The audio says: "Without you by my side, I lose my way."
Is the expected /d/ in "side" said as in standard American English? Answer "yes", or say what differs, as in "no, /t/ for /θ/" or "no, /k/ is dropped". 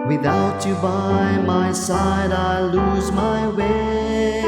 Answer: yes